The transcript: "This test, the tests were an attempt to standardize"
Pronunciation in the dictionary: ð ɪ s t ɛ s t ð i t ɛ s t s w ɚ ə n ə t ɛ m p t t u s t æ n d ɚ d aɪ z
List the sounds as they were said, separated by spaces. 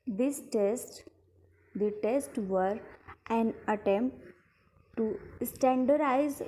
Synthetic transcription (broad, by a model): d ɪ s t ɛ s t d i t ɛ s t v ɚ ə n ə t ɛ m p t t u s t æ n d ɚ d aɪ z